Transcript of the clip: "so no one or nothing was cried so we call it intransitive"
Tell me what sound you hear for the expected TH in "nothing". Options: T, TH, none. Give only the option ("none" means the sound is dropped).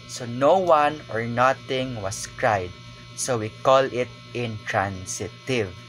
T